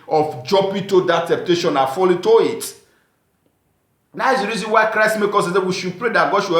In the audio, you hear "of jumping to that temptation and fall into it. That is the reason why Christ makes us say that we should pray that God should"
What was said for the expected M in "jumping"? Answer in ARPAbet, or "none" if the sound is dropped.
none